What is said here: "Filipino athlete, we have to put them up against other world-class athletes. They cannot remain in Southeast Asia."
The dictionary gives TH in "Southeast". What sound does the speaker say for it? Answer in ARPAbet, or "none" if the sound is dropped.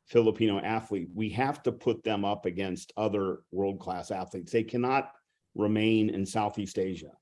TH